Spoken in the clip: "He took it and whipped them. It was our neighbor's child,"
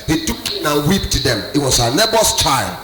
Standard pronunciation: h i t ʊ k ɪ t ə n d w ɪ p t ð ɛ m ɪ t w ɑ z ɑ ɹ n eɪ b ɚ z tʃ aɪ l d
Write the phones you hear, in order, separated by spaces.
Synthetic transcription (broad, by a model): h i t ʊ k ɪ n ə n w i p t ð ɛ m ɪ t w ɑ s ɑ n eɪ b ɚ s tʃ aɪ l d